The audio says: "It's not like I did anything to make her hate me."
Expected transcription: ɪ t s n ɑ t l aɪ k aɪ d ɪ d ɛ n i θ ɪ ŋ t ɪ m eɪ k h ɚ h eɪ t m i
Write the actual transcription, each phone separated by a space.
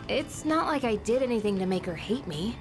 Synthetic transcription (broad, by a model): ɪ t s n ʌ t l aɪ k aɪ d ɪ d ɛ n i θ ɪ ŋ t ɪ m eɪ k h ɚ h eɪ t m i